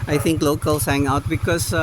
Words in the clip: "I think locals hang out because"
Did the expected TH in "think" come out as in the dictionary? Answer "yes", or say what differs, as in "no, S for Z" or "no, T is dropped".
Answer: no, T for TH